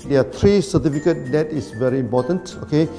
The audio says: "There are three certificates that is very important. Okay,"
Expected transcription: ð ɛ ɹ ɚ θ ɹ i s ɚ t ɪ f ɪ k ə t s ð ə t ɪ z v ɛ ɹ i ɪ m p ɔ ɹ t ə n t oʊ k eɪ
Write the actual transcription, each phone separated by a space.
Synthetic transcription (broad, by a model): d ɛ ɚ t ɹ i s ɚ t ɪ f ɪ k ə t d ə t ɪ s v ɛ ɹ i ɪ m p ɔ t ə n t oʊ k eɪ